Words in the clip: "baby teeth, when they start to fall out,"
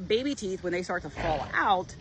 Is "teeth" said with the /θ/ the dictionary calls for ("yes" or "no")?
yes